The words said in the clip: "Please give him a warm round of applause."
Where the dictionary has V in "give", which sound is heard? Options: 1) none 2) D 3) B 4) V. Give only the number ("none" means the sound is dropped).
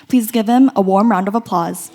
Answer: 4